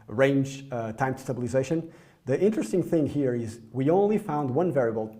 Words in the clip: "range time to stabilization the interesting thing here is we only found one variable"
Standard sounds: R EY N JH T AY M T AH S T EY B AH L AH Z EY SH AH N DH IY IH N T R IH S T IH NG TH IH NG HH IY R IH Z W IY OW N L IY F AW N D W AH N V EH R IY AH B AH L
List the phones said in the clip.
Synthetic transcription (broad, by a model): R EY N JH T AY M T S T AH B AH L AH Z EY SH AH N DH IY IH N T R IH S T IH NG TH IH NG HH IY R IH Z W IY OW N L IY F AW N D W AH N V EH R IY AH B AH L